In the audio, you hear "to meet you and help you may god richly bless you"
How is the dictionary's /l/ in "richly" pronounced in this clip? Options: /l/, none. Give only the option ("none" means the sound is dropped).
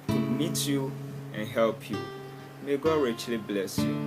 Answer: /l/